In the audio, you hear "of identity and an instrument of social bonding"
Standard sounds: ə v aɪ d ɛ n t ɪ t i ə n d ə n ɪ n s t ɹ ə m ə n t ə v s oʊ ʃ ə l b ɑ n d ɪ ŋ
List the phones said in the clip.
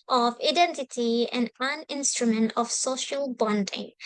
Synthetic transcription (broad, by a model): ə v aɪ d ɛ n t ɪ t i ə n d ə n ɪ n s t ɹ ə m ə n t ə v s oʊ ʃ ə l b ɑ n d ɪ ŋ